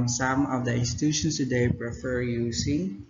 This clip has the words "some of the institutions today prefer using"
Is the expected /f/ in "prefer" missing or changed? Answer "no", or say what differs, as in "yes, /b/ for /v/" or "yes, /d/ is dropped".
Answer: no